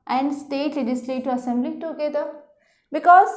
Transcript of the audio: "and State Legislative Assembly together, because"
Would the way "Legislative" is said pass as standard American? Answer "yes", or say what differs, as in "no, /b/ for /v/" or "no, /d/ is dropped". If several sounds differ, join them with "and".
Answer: no, /v/ is dropped